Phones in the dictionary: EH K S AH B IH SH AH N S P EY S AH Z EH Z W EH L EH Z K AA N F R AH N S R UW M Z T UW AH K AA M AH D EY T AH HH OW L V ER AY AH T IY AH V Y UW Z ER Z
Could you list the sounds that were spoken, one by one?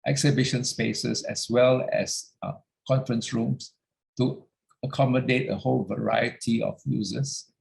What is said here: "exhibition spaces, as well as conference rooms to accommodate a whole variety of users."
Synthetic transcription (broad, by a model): EH K S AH B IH SH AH N S P EY S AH S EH S W EH L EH S K AA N F R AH N S R UW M S T UW AH K AA M AH D EY T AH HH OW L V ER AY AH T IY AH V Y UW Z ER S